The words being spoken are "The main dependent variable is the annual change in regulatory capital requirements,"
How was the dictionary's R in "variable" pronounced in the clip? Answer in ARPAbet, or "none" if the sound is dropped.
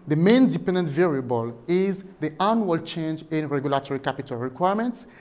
R